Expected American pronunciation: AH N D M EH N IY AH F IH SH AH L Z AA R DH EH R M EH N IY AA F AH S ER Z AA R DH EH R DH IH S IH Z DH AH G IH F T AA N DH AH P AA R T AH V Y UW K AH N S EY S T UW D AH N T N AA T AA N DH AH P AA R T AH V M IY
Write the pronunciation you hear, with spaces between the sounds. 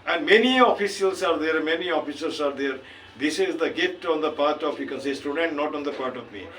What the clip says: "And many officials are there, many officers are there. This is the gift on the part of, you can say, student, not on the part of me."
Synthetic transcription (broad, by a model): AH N D M EH N IY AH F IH S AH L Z AA R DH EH R M EH N IY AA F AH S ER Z AA R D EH R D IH S IH Z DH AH G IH T AA N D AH P AA R T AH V Y UW K AH N S EY S T UW D AH N T N AA T AA N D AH P AA R T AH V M IY